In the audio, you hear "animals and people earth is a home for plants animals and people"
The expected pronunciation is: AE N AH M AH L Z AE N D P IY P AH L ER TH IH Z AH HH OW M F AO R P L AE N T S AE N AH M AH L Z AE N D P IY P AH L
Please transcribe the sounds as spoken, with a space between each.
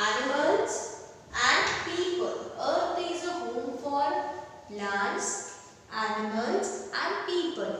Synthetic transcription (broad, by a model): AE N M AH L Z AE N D P IY P AH L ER T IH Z AH HH OW M F AO R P L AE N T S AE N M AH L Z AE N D P IY P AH L